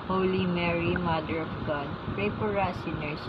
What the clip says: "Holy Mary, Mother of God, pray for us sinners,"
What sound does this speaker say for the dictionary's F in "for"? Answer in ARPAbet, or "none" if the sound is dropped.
P